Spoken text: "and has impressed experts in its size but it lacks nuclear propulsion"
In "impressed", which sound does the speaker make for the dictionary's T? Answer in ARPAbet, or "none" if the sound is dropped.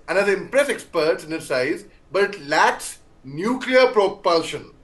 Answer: none